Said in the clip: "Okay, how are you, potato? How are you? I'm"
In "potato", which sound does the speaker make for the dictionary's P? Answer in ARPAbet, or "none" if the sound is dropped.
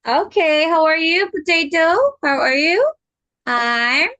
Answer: B